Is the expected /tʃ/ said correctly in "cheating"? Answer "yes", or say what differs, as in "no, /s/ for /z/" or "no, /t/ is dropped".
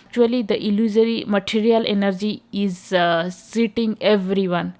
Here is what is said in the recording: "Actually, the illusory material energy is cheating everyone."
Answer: no, /s/ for /tʃ/